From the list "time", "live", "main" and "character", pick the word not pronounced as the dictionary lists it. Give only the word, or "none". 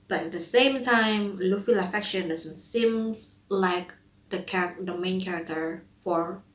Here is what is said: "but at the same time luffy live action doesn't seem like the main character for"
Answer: live